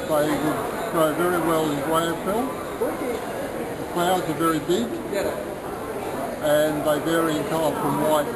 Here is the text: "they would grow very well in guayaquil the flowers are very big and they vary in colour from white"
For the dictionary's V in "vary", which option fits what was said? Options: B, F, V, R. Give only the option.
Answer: V